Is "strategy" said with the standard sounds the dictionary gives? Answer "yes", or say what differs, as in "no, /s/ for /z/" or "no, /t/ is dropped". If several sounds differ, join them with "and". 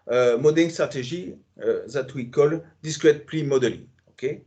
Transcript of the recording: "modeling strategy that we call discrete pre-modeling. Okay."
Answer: no, /ʒ/ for /dʒ/